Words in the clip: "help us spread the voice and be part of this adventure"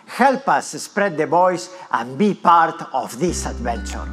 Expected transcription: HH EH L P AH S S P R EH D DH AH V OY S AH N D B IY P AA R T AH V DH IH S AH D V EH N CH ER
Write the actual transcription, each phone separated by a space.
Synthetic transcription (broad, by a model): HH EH L P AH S S P R EH D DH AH B OY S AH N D B IY P AA R T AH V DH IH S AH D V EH N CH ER